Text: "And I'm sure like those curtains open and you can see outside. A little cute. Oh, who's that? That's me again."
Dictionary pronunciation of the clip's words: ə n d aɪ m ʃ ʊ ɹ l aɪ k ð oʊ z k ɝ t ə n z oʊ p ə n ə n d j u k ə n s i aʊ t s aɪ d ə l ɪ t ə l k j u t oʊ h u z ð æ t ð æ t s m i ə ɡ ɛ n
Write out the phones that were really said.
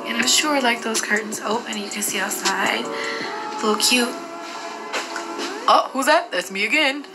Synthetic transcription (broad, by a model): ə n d aɪ m ʃ ʊ ɹ l aɪ k ð oʊ z k ɝ t n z oʊ ə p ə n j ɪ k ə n s i aʊ t s aɪ d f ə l k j u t oʊ h u z ð æ t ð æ t s m i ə ɡ ɛ n